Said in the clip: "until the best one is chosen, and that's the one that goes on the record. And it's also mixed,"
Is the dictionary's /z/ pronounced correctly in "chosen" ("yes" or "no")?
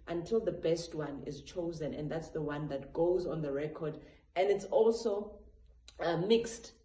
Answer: yes